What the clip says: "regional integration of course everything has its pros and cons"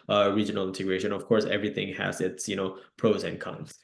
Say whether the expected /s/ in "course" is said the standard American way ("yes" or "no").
yes